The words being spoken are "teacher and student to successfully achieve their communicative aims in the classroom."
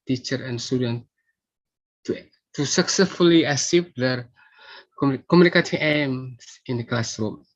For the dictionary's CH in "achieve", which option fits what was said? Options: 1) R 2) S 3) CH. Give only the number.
2